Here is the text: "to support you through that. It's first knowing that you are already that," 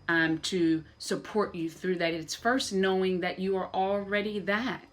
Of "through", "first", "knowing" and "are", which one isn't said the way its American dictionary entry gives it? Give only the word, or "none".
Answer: none